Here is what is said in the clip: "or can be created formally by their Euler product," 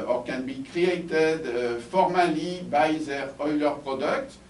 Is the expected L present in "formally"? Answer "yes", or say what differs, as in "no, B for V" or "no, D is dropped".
yes